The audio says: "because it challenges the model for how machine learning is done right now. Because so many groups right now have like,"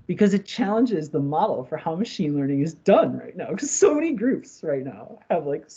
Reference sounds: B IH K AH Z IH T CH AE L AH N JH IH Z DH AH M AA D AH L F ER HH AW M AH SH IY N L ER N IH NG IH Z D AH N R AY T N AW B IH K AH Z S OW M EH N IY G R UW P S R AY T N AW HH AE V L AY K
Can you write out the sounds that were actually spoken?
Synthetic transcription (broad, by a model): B IH K AH Z IH T CH AE L AH N JH IH Z DH AH M AA D L F ER HH AW M AH SH IY N L ER N IH NG IH Z D AH N R AY T N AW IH K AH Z S OW M EH N IY G R UW P S R AY T N AW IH V L AY K